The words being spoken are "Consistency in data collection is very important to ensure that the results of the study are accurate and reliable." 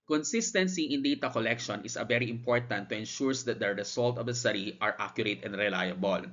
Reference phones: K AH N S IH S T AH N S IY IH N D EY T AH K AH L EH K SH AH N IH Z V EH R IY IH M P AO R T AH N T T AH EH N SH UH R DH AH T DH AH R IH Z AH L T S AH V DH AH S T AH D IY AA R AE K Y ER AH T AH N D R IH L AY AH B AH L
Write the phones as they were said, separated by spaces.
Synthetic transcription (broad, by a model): K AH N S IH S T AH N S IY IH N D EY T AH K AH L EH K SH AH N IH S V EH R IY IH M P AO R T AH N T T AH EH N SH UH R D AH T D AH R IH S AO L T AH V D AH S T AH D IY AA R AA K Y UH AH T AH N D R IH L AY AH B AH L